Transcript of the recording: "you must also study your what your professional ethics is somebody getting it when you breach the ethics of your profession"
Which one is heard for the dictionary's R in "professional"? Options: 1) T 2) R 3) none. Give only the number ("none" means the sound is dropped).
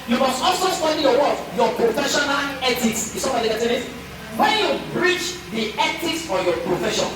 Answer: 2